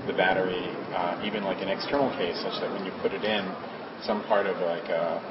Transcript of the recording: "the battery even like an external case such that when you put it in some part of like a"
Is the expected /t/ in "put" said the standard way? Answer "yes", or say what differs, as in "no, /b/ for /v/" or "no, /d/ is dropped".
yes